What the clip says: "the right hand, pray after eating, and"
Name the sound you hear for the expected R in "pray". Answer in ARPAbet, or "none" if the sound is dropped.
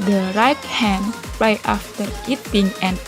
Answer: L